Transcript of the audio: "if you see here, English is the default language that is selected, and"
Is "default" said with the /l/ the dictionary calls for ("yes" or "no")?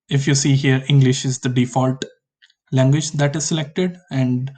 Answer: yes